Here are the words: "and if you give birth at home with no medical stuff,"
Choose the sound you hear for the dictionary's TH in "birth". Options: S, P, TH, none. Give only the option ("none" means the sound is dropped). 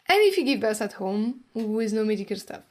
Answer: S